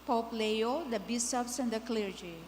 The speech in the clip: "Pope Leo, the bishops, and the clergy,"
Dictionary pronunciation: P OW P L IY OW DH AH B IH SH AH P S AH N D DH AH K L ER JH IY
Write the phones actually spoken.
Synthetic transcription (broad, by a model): P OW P L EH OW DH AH B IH S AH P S AH N D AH K L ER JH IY